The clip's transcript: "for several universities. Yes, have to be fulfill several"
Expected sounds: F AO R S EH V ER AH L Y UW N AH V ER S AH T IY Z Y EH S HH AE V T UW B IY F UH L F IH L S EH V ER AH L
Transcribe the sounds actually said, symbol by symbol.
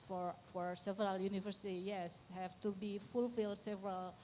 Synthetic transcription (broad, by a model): F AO R S EH V ER AH L Y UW N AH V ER S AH T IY Y EH S HH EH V T UW B IY F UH L F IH L S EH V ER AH L